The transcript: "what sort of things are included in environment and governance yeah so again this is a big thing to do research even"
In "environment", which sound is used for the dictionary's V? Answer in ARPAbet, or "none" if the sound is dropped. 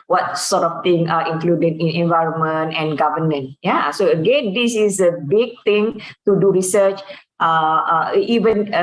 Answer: V